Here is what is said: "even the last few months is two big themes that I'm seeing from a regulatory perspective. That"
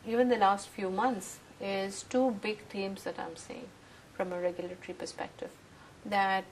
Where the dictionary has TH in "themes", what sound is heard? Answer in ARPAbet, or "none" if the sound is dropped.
T